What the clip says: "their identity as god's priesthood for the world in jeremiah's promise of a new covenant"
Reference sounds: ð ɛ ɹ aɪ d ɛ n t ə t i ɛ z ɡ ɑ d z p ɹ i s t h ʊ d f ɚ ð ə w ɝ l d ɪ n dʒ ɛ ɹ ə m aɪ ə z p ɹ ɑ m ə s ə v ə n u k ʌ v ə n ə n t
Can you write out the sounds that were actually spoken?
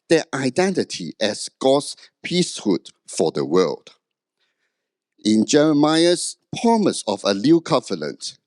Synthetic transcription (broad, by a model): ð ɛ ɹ aɪ d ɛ n t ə t i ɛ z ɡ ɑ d s p i s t h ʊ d f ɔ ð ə w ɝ l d ɪ n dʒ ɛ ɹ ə m aɪ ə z p ɹ ɑ m ə s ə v ə l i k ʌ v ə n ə n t